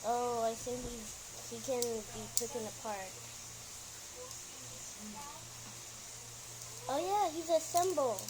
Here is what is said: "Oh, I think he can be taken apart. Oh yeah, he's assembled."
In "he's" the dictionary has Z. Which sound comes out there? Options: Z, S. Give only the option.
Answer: Z